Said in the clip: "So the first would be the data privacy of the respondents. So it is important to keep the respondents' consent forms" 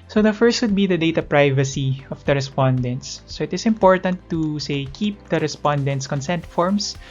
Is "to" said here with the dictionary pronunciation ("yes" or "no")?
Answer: no